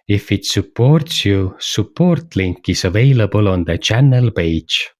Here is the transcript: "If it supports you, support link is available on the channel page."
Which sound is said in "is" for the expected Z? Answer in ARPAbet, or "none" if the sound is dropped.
S